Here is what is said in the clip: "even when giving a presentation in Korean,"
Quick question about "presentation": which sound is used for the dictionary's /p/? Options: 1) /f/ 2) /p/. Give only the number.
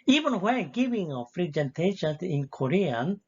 1